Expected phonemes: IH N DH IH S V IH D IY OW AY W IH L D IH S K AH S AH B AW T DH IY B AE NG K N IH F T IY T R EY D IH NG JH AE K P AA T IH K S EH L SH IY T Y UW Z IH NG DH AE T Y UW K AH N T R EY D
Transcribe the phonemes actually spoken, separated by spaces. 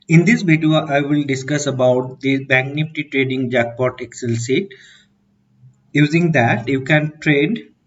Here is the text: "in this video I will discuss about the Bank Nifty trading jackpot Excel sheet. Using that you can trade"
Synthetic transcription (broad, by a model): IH N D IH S V IH D IY OW AY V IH L D IH S K AH S AH B AW T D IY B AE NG N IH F T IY T R EY D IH NG JH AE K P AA T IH K S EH L S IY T Y UW Z IH NG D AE T Y UW K AH N T R EY D